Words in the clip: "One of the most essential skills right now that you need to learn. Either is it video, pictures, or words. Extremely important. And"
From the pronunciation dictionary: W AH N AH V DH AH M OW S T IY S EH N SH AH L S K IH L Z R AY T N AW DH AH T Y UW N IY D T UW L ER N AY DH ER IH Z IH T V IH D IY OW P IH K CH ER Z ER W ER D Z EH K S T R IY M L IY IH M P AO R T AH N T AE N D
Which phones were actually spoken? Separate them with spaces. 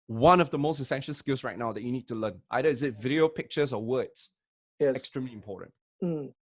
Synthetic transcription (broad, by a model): W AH N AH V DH AH M OW S T IY S EH N SH AH L S K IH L S R AY T N AW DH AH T Y UW N IY D T UW L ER N AY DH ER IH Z IH T V IH D IY OW P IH K CH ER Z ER W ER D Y EH K S T R IY M L IY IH M P AO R T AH N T